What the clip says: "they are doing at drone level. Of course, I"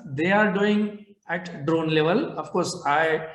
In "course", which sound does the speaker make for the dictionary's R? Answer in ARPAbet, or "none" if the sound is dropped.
R